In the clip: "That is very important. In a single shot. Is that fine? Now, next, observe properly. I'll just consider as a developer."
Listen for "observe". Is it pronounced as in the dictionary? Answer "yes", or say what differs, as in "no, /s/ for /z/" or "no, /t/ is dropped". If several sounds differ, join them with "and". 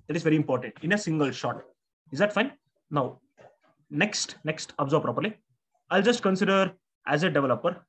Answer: no, /b/ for /v/